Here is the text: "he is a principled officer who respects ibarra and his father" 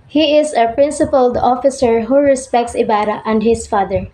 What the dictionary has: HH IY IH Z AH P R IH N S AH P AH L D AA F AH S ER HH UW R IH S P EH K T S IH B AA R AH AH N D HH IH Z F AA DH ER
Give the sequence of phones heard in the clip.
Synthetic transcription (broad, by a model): HH IY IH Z AH P R IH N S AH P AH L D AA F AH S ER HH UW R IH S P EH K T S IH B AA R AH AH N D HH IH S F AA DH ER